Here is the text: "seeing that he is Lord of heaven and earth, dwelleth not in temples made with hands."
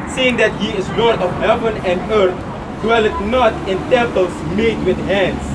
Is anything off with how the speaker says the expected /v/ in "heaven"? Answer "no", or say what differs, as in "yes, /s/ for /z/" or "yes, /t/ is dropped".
no